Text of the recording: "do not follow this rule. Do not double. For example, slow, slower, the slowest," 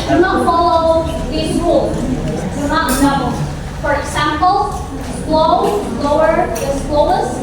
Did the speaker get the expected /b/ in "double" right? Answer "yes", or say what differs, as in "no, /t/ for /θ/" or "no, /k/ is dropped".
no, /b/ is dropped